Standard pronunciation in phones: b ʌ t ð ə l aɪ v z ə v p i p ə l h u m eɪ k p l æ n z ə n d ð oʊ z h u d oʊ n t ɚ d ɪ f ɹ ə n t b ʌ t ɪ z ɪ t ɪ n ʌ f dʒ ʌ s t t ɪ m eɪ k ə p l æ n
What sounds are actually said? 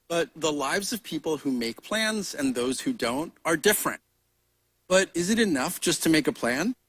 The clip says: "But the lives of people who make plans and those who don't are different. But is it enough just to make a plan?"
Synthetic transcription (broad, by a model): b ʌ t ð ə l aɪ v z ə v p i p l h u m eɪ k p l æ n z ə n ð oʊ z h u d oʊ n t ɚ d ɪ f ɹ ə n t b ʌ t ɪ z ɪ t ɪ n ʌ f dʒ ʌ s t t ɪ m eɪ k ə p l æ n